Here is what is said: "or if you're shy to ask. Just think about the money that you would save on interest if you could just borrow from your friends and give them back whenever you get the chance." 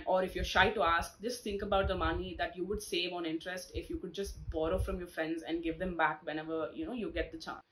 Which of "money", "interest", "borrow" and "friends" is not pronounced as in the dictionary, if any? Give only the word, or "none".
none